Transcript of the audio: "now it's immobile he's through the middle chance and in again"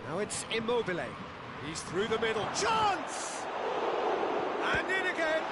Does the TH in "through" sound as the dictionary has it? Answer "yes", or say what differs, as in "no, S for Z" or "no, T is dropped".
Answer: yes